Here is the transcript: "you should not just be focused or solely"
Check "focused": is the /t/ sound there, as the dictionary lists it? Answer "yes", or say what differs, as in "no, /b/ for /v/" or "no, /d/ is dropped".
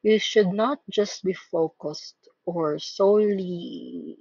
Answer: yes